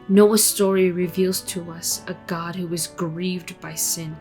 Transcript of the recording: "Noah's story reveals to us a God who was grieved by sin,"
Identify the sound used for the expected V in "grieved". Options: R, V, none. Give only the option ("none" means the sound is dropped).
V